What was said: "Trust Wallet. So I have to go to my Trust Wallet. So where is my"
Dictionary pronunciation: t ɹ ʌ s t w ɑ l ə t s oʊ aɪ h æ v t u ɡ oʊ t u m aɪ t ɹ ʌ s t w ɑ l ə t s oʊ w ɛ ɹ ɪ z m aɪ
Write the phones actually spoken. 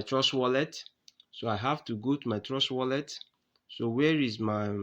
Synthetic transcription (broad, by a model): t ɹ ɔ s w ɑ l ə t s oʊ aɪ h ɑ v t u ɡ oʊ t u m aɪ t ɹ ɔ s w ɑ l ə t s oʊ w ɛ ɹ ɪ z m aɪ